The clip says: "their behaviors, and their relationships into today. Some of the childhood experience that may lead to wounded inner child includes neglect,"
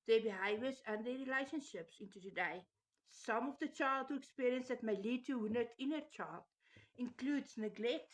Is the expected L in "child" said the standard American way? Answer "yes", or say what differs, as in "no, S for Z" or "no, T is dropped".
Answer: yes